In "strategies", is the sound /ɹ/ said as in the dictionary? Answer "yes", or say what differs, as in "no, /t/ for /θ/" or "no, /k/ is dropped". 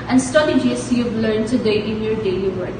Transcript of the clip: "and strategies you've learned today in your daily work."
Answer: no, /ɹ/ is dropped